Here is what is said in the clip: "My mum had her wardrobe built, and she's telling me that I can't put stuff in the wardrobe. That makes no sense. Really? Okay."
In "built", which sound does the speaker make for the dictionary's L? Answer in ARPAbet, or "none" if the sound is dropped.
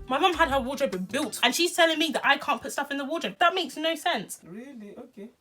L